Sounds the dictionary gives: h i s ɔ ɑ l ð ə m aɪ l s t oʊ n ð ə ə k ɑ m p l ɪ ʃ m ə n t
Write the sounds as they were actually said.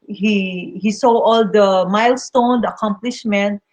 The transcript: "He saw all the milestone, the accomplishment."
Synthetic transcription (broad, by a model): h i s ɔ ɑ l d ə m aɪ l s t oʊ n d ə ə k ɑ m p l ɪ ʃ m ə n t